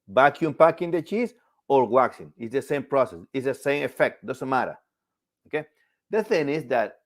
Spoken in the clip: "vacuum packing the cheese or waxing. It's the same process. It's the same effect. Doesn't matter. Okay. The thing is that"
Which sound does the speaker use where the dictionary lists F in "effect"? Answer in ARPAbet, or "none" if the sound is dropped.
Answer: F